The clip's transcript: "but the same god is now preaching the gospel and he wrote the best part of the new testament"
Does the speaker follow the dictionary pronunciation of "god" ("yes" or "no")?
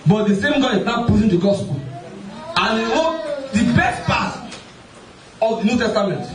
no